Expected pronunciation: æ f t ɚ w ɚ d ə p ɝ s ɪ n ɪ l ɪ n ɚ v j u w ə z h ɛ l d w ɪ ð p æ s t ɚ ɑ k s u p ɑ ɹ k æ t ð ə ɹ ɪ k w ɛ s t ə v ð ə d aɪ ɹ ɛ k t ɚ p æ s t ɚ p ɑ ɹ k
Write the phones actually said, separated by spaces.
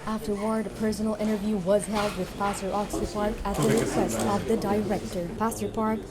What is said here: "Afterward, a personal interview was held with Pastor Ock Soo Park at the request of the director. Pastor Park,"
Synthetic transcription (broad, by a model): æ f t ɚ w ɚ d ə p ɝ s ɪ n l ɪ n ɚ v j u w ə z h ɛ l d w ɪ ð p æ s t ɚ ɑ k s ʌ p ɑ ɹ k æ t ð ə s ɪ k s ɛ s ə v ð ə d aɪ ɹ ɛ k t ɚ p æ s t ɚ p ɑ ɹ k